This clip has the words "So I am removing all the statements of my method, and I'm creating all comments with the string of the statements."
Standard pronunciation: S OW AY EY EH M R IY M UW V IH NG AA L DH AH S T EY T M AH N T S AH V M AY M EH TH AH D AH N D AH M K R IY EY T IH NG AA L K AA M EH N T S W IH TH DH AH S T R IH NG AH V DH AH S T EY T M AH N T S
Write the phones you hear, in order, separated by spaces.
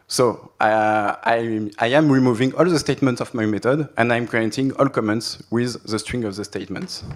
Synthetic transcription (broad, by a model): S OW AY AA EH M R IY M UW V IH NG AA L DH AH S T EY T M AH N T S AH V M AY M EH T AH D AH N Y AH M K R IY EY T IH NG AA L K AA M EH N T S W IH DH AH S T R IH NG AH V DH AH S T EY T M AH N T S